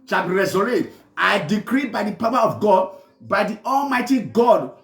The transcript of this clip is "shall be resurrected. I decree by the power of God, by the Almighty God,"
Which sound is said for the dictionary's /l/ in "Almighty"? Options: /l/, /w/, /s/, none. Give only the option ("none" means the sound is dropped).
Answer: /l/